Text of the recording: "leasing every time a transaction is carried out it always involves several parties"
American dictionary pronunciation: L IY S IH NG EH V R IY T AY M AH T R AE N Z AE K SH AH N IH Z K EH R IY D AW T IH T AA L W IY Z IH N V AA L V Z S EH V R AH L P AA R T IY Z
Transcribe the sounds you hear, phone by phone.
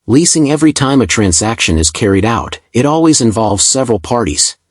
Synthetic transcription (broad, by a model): L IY S IH NG EH V R IY T AY M AH T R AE N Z AE K SH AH N IH Z K EH R IY D AW T IH T AA L W IY Z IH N V AA L V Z S EH V R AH L P AA R T IY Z